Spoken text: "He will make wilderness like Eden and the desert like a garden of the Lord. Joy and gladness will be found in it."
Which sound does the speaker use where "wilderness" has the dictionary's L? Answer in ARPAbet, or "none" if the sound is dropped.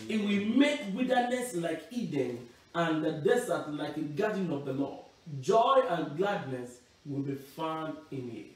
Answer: none